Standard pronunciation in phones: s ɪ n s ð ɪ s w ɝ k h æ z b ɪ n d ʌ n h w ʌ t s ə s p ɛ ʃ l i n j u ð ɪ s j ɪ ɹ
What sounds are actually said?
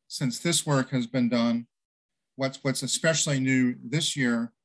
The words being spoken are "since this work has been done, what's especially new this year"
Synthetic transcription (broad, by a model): s ɪ n s ð ɪ s w ɝ k h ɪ z b ɪ n d ʌ n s w ʌ t s ə s p ɛ ʃ l i n j u ð ɪ s j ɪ ɹ